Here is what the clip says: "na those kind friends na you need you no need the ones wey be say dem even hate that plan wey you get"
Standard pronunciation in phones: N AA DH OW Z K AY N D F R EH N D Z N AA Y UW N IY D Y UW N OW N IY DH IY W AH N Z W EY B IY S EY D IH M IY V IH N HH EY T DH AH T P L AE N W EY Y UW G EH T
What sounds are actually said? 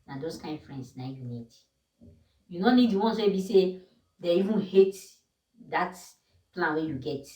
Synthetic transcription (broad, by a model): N AA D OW S K AY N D F R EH N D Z N AA Y UW N IY D Y UW N OW N IY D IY W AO N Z W EY B IY S EY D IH IY V IH N HH EY T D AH T P L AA N W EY Y UW G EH T